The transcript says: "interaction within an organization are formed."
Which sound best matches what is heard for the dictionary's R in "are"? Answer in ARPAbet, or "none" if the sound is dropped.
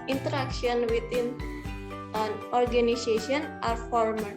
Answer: R